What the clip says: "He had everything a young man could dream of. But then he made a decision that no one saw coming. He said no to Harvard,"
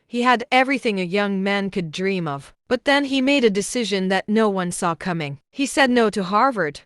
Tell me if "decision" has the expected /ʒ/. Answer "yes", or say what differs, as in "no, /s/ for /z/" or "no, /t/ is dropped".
yes